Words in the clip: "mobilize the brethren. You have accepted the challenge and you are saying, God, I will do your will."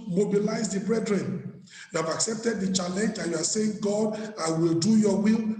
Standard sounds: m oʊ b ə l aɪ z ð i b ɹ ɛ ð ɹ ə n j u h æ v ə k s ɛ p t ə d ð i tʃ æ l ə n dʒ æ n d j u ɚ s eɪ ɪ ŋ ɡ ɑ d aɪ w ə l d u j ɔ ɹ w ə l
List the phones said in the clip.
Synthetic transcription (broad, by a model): m oʊ b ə l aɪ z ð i b ɹ ɛ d ɹ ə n j u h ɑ v ə k s ɛ p t ə d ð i tʃ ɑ l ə n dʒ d j u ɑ s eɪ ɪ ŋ ɡ ɑ d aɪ w ə l d u j ɔ w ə l